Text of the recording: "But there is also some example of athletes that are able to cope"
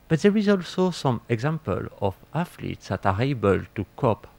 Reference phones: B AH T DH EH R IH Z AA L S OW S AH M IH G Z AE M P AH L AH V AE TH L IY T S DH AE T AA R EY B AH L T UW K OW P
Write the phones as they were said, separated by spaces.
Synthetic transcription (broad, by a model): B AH T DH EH R IH Z AA L S OW S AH M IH G Z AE M P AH L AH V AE F L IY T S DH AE T AA R EY B AH L T UW K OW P